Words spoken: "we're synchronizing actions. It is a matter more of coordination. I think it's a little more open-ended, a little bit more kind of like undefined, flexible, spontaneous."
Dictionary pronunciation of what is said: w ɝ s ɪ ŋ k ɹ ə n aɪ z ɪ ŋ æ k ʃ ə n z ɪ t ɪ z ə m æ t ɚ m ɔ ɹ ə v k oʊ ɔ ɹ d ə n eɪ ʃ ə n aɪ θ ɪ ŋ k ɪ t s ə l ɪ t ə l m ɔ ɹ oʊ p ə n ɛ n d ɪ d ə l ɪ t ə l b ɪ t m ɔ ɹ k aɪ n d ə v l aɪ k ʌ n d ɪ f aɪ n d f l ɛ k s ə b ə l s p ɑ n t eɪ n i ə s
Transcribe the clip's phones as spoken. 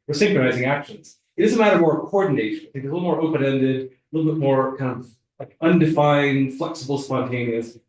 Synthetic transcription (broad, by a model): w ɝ s ɪ ŋ k ɹ ə n aɪ z ɪ ŋ æ k ʃ ə n z ɪ t ɪ z ə m æ t ɚ m ɔ ɹ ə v k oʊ ɔ ɹ d n eɪ ʃ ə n aɪ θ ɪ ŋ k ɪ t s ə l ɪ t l m ɔ ɹ oʊ p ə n ɛ n d ɪ d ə l ɪ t l b ɪ t m ɔ ɹ k aɪ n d ə v l aɪ k ʌ n d ɪ f aɪ n d f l ɛ k s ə b l s p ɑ n t eɪ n i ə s